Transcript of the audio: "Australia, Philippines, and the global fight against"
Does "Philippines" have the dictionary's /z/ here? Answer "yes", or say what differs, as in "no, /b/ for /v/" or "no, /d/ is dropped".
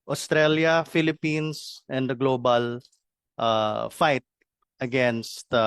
no, /s/ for /z/